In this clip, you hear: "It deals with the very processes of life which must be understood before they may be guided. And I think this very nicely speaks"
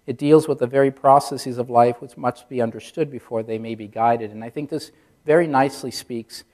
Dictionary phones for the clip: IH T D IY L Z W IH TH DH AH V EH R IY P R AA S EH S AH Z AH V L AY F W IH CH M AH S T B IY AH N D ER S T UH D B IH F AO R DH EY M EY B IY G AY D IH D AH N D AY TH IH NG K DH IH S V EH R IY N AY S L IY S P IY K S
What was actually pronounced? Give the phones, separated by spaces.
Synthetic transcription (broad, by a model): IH T D IY L Z W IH DH AH V EH R IY P R AA S EH S AH Z AH V L AY F W IH CH M AH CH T B IY AH N D ER S T UH D B IH F AO R DH EY M EY B IY G AY D IH D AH N AY TH IH NG K DH IH S V EH R IY N AY S L IY S P IY K S